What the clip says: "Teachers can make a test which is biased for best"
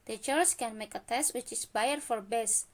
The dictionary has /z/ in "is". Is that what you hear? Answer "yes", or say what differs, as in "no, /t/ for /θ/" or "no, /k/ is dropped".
no, /s/ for /z/